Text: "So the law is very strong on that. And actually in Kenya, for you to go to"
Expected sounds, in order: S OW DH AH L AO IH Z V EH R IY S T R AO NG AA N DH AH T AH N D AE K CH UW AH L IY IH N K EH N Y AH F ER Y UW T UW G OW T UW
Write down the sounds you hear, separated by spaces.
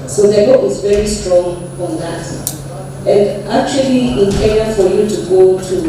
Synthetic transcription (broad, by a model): S OW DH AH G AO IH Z V EH R IY S T R AO NG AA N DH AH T AH N D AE K CH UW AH L IY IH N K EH Y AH F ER Y UW T UW G OW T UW